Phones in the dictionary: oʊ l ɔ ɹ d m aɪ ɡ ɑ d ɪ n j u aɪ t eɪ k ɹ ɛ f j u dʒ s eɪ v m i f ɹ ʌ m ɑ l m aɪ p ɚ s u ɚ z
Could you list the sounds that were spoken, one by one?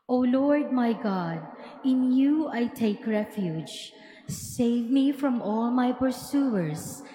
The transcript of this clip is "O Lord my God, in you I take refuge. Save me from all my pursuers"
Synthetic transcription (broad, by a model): oʊ l ɔ ɹ d m aɪ ɡ ɑ d ɪ n j u aɪ t eɪ k ɹ ɛ f j u dʒ s eɪ v m i f ɹ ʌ m ɑ l m aɪ p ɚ s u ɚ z